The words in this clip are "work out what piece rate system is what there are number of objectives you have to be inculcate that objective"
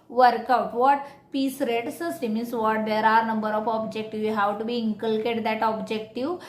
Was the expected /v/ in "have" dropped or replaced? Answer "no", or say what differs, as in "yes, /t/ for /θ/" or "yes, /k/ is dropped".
yes, /w/ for /v/